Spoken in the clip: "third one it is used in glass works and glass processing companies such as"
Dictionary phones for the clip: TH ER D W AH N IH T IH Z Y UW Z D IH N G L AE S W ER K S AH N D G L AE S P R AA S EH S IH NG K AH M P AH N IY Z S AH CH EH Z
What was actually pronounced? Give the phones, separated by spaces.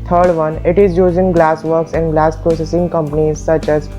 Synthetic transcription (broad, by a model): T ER D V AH N IH T IH Z Y UW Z IH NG G L AE S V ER K S AH N D G L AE S P R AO S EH S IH NG K AH M P AH N IY Z S AH CH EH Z